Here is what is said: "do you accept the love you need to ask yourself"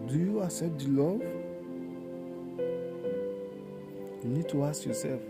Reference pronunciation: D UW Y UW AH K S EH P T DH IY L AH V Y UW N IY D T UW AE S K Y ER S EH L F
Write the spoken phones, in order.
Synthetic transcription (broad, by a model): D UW Y UW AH S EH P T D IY L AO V Y UW N IY D T UW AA S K Y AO S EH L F